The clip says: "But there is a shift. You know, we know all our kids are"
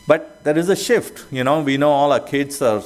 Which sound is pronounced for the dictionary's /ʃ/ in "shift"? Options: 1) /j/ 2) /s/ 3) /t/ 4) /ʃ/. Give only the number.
4